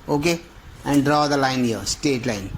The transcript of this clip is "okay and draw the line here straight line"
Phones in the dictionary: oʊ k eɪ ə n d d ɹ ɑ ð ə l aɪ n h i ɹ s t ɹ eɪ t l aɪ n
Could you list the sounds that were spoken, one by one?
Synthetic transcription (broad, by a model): oʊ k eɪ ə n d d ɹ ɑ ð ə l aɪ n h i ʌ s t eɪ t l aɪ n